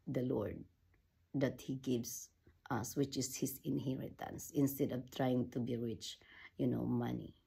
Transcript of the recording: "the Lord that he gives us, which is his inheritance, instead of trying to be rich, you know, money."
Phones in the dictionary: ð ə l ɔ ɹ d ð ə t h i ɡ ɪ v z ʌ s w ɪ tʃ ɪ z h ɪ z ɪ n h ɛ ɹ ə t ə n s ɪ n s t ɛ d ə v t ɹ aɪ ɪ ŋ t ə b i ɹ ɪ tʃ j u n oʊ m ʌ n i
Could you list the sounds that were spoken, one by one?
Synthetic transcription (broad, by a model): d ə l ɔ ɹ d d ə t h i ɡ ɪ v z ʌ s w ɪ tʃ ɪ s h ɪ s ɪ n h ɛ ɹ ə t ə n s ɪ n s t ɛ d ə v t ɹ aɪ ɪ ŋ t ə b i ɹ ɪ tʃ j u n oʊ m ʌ n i